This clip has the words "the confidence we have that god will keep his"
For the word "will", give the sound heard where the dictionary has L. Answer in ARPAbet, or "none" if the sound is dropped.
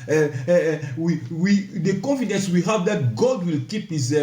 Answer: L